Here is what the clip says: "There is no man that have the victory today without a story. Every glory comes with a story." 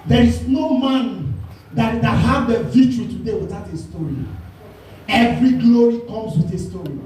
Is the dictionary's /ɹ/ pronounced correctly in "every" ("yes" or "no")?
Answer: yes